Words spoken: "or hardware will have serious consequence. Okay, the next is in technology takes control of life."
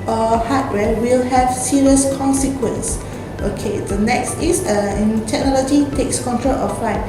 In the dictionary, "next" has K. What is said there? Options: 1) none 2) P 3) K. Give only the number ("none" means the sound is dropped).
3